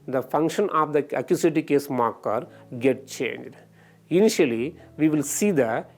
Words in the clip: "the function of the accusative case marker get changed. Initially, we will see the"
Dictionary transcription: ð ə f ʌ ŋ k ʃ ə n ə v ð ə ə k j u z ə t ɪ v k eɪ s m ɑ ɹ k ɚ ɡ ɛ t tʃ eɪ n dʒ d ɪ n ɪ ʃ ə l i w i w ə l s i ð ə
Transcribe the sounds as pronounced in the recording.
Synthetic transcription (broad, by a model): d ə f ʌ ŋ k ʃ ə n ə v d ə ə k j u s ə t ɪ k eɪ s m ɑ ɹ k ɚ ɡ ɛ t tʃ eɪ n dʒ d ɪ n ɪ ʃ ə l i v i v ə l s i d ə